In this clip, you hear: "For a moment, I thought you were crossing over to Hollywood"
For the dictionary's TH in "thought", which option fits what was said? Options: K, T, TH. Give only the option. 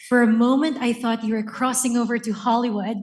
TH